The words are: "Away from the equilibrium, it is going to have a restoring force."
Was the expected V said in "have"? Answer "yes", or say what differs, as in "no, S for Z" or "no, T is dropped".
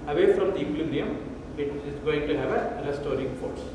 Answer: yes